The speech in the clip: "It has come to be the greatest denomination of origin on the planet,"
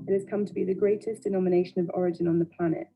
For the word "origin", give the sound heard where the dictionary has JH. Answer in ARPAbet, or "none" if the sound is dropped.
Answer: JH